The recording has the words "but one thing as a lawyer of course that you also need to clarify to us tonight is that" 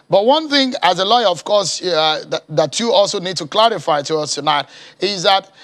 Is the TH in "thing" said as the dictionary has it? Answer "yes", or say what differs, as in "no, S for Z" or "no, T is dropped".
yes